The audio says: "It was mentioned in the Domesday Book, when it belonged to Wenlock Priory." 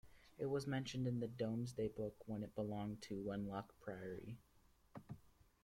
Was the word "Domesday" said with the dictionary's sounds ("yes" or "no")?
yes